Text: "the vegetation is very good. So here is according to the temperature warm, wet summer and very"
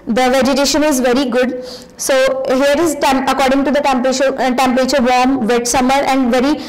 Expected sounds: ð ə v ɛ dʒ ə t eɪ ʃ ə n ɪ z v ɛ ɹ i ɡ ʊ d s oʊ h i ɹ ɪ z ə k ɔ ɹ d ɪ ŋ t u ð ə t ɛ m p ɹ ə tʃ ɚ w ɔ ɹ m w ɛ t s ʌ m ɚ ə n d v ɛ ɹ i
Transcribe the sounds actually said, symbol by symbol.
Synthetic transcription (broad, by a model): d ə v ɛ dʒ ə t eɪ ʃ ə n ɪ z v ɛ ɹ i ɡ ʊ d s oʊ h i ɹ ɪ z ə k ɔ ɹ d ɪ ŋ t u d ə t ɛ m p ɹ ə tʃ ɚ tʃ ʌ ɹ m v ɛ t s ʌ m ɚ ə n d v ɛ ɹ i